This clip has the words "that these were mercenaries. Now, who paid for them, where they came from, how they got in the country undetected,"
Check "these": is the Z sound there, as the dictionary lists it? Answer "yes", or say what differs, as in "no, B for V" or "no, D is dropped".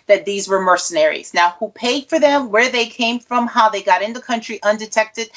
yes